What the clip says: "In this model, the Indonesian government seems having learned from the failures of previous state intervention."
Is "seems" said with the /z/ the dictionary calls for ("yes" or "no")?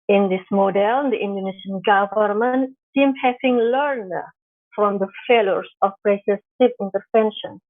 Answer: no